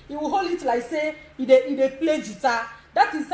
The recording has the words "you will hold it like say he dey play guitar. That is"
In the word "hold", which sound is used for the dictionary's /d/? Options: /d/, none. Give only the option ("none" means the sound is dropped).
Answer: none